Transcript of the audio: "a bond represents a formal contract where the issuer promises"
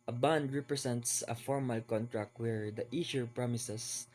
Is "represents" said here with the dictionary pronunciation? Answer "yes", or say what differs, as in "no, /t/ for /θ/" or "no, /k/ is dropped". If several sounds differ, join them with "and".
no, /s/ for /z/